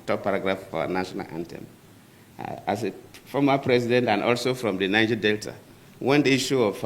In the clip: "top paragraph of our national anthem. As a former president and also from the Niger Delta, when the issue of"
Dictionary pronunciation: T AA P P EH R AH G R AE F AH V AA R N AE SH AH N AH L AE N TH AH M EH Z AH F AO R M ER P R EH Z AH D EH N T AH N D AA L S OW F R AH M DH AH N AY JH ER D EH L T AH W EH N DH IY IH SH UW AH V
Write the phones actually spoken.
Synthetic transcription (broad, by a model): T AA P P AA R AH G R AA F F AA N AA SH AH N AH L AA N T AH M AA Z AH F AO M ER P R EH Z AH D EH N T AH N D AA L S OW F R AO M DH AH N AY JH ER D EH L T AH W EH N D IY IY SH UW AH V